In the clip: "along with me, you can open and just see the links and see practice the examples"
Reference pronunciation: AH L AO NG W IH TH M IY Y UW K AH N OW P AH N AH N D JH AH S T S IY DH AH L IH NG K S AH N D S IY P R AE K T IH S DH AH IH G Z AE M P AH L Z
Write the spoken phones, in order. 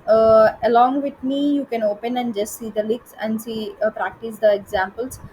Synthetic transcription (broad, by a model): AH L AO NG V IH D M IY Y UW K AH N OW P AH N AH N D JH AH S T S IY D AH L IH K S AH N D S IY P R AE K T IH S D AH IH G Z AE M P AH L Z